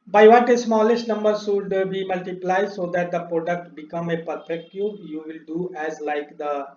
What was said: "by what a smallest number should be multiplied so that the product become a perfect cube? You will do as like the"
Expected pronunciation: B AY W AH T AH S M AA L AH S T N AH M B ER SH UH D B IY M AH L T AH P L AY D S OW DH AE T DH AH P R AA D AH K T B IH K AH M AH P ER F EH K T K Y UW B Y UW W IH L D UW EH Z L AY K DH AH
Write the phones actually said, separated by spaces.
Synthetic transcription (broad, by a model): B AY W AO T AH S M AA L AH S T N AH M B ER S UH D B IY M AH L T AH P L AY D S OW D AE T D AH P R AA D AH K T B IH K AH M AH P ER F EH K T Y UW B Y UW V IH L D UW EH Z L AY K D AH